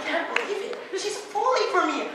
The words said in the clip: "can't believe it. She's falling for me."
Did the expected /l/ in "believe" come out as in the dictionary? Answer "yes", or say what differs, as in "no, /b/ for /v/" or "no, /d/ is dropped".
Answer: no, /l/ is dropped